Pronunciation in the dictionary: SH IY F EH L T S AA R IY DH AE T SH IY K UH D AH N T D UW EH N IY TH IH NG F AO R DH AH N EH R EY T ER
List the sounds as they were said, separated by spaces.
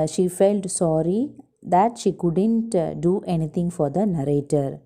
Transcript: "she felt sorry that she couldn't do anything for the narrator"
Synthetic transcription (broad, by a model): SH IY F EH L T S AA R IY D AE T SH IY K UH D AH N T D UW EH N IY T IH NG F AO R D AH N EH R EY T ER